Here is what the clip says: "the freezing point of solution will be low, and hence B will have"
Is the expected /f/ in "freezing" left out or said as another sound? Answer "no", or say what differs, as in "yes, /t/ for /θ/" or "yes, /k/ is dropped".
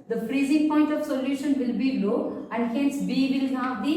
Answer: no